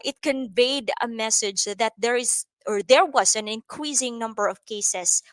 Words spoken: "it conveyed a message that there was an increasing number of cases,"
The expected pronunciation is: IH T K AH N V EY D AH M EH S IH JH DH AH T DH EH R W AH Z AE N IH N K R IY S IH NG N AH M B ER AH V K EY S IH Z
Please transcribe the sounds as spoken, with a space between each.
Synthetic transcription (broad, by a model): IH T K AH N V EY D AH M EH S IH JH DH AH T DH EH R W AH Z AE N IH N K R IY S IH NG N AH M B ER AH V K EY S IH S